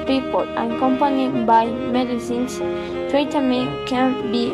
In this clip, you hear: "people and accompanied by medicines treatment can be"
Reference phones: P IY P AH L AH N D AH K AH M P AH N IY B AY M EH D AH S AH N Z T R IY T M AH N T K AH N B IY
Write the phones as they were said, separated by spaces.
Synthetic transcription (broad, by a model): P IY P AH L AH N K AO M P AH N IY B AY M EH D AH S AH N S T EH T M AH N K AH N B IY